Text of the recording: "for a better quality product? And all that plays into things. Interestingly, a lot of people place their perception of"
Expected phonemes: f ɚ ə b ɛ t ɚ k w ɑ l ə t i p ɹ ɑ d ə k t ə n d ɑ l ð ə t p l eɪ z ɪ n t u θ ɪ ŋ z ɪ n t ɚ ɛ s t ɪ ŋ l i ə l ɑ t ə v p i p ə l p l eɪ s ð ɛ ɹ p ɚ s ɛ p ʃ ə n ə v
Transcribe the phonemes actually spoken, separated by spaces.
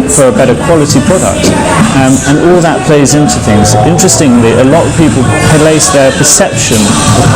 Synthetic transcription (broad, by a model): f ɚ ə b ɛ t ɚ k w ɑ l ə t i p ɹ ɑ d ə k t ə n ɑ l ð ə t p l eɪ z ɪ n t u θ ɪ ŋ z ɪ n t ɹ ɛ s t ɪ ŋ l i ə l ɑ t ə v p i p ə l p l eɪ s ð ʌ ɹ p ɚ s ɛ p ʃ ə n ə